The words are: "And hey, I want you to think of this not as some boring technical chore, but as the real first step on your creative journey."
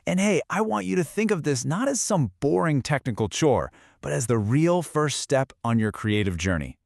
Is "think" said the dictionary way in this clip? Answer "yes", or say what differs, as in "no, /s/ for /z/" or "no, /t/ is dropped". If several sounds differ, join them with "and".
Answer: yes